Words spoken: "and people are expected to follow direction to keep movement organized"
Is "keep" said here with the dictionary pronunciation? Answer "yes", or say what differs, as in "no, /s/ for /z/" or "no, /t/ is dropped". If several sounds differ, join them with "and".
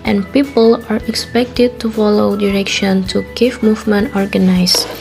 no, /f/ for /p/